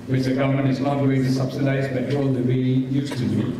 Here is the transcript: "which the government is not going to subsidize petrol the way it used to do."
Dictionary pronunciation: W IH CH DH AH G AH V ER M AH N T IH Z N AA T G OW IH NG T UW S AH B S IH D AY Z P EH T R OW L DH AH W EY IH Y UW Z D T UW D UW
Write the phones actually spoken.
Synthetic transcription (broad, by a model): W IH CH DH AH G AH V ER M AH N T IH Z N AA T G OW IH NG T UW S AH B S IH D AY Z B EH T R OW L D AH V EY IH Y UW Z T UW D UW